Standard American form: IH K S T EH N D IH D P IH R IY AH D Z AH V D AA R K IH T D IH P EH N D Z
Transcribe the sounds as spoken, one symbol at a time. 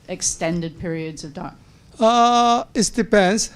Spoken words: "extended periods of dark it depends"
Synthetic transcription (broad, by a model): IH K S T EH N D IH D P IH R IY AH D Z AH V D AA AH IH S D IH P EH N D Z